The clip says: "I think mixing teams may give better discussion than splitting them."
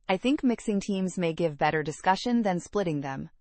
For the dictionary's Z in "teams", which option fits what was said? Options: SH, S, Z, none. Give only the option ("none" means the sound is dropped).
Z